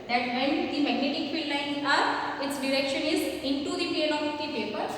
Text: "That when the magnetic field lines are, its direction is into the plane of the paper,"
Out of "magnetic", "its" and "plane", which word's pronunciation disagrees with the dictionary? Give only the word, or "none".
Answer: plane